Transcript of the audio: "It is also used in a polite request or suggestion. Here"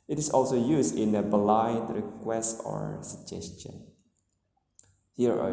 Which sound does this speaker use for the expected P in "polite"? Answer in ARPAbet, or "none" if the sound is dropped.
B